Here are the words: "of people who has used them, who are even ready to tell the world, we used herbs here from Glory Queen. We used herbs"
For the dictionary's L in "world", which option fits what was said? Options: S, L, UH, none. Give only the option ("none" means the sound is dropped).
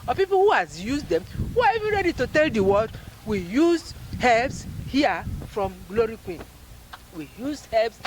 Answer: none